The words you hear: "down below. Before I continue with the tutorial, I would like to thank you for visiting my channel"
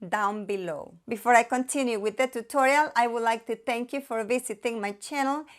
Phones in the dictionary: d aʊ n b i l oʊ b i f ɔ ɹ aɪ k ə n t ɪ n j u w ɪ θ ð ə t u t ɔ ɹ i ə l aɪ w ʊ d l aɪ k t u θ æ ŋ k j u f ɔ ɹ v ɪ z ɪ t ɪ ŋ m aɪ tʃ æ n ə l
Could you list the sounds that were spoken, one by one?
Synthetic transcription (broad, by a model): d aʊ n b i l oʊ b i f ɔ ɹ aɪ k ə n t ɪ n j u w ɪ ð ə t u t ɔ ɹ i ə l aɪ w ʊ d l aɪ k t u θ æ ŋ k j u f ɔ ɹ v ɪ s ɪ t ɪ ŋ m aɪ tʃ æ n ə l